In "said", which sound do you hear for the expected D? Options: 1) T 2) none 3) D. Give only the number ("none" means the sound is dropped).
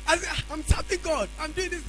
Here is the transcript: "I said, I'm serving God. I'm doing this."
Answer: 2